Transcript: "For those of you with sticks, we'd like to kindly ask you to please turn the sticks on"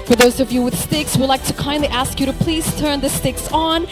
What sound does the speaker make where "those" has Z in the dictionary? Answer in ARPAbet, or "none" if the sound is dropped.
Z